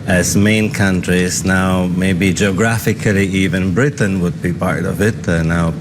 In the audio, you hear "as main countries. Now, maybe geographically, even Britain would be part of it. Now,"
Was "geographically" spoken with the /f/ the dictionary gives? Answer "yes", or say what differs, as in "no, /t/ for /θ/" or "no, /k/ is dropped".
yes